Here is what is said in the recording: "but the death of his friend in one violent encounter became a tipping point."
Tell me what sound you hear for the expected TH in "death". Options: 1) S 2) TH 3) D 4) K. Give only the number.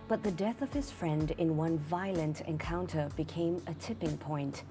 2